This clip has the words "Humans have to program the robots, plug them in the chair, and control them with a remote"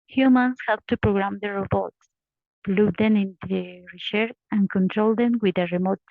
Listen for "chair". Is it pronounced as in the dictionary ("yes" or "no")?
no